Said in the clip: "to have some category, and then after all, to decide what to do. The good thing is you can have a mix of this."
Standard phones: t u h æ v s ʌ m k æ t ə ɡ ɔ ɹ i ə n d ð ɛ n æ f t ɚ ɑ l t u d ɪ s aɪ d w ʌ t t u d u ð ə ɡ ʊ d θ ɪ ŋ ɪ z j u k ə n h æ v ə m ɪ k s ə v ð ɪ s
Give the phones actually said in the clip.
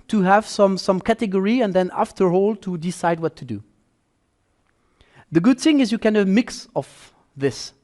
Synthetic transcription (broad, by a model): t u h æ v s ʌ m k æ t ə ɡ ɔ ɹ i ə n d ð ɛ n æ f t ɚ ɑ l t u d ɪ s aɪ d w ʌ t t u d u ð ə ɡ ʊ d θ ɪ ŋ ɪ z j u k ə n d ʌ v m ɪ k s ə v ð ɪ s